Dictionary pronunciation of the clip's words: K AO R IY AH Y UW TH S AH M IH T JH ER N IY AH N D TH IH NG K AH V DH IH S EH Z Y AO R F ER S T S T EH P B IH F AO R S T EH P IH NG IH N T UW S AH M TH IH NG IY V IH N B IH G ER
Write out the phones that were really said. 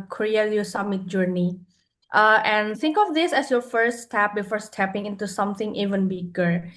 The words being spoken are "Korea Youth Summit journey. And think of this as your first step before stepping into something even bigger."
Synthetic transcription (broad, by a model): K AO R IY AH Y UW S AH M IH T JH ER N IY AH N D T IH NG K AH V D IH S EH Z Y AO R F ER S T S T EH P B IH F AO R S T EH P IH NG IH N T UW S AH M T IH NG IY V IH N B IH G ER